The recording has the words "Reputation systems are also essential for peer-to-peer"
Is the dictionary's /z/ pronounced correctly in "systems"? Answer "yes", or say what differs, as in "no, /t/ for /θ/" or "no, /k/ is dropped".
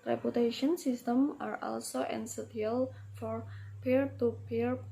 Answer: no, /z/ is dropped